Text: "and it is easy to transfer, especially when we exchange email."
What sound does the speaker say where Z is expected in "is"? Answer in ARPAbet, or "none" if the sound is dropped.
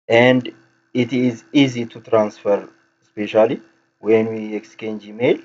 Z